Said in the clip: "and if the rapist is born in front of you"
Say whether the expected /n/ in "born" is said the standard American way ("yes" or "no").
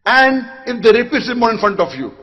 no